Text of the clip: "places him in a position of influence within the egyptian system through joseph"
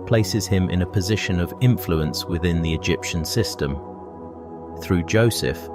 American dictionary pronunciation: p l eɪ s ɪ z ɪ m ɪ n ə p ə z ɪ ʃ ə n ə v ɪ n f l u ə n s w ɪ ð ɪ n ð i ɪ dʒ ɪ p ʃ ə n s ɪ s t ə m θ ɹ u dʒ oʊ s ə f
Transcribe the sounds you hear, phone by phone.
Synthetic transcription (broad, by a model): p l eɪ s ɪ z ɪ m ɪ n ə p ə z ɪ ʃ ə n ə v ɪ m f l u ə n s w ɪ ð ɪ n ð i ɪ dʒ ɪ p ʃ ə n s ɪ s t ə m θ ɹ u dʒ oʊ s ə f